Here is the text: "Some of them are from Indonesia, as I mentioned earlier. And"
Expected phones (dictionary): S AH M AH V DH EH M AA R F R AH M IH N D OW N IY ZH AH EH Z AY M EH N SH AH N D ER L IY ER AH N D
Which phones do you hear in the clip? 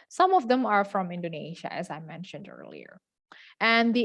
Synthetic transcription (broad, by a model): S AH M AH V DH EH M AA R F R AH M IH N D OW N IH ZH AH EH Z AY M EH N SH AH N D ER L IY ER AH N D